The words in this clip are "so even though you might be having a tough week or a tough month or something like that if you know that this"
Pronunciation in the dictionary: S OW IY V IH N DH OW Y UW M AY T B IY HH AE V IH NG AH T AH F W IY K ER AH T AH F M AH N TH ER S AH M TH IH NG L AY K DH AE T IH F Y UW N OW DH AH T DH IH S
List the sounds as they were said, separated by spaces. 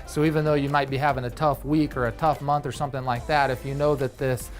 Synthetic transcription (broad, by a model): S OW IY V IH N DH OW Y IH M AY T B IY HH AE V IH NG AH T AH F W IY K ER AH T AH F M AH N TH ER S AH M TH IH NG L AY K DH AE T IH F Y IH N OW DH AH T DH IH S